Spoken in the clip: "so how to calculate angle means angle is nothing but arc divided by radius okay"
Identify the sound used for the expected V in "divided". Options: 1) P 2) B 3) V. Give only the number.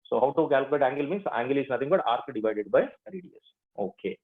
3